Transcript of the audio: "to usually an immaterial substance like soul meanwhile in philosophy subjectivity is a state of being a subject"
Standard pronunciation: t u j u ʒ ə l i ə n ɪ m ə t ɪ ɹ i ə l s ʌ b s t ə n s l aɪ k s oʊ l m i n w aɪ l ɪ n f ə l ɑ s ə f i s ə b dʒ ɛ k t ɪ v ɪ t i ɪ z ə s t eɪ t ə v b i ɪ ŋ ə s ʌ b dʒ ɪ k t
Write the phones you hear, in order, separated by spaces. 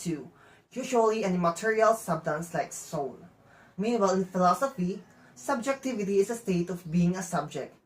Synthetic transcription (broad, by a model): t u j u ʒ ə l i ə n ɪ m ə t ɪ ɹ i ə l s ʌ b t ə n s l aɪ k s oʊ n m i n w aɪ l ɪ n f ə l ɑ s ə f i s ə b dʒ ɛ k t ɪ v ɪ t i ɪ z ə s t eɪ t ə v b i ɪ ŋ ə s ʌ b dʒ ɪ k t